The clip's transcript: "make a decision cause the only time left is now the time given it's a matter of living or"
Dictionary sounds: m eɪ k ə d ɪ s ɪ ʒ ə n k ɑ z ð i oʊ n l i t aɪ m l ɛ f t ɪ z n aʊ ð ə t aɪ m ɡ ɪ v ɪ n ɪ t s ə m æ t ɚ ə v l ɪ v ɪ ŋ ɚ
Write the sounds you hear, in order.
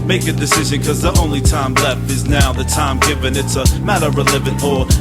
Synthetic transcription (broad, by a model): m eɪ k ə d ɪ s ɪ ʒ ə n k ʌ z ð i oʊ n l i t aɪ m l ɛ f t ɪ z n aʊ ð ə t aɪ m ɡ ɪ v ɪ n ɪ t s ə m æ t ɚ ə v l ɪ v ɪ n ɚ